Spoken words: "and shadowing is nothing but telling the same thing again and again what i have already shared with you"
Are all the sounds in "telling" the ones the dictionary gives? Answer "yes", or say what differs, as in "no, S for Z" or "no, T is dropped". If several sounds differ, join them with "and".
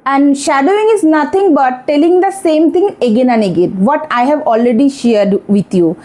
yes